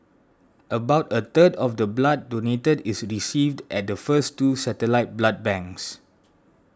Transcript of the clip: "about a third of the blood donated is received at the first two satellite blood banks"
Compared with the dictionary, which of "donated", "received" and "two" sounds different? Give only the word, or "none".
none